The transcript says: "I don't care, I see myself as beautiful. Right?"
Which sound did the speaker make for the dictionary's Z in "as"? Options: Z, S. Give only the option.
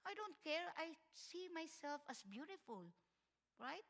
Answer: S